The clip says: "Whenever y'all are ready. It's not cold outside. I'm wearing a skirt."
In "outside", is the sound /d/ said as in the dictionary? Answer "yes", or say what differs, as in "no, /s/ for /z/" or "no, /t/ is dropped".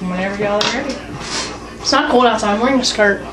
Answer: no, /d/ is dropped